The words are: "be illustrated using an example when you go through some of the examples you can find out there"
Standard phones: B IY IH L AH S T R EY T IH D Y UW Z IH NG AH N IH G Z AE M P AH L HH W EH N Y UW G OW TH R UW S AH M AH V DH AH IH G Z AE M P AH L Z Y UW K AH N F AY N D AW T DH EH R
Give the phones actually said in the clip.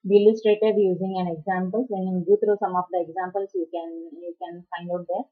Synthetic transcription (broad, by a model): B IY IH L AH S T R EY T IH D Y UW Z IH NG AH N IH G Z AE M P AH L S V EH N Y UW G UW T R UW S AH M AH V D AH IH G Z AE M P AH L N Y UW K AH N F AY N D AW T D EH R